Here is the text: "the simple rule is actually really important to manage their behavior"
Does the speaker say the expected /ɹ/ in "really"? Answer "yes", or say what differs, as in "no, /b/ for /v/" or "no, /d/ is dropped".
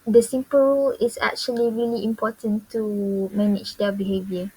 yes